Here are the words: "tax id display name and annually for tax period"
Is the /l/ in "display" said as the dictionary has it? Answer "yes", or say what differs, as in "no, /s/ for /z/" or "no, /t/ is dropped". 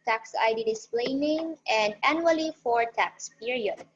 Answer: yes